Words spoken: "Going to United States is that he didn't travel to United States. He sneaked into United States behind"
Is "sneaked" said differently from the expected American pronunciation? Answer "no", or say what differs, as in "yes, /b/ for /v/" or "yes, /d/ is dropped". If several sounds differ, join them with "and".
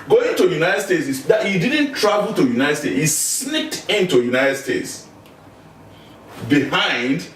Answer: yes, /l/ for /n/